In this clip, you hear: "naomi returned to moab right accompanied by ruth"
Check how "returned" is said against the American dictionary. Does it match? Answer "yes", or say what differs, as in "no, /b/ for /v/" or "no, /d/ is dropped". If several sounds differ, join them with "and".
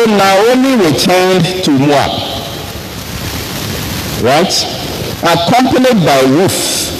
no, /w/ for /ɹ/